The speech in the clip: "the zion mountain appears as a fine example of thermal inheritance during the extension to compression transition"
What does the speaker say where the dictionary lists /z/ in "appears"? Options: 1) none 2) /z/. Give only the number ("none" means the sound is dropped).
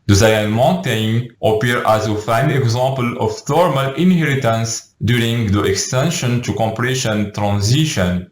1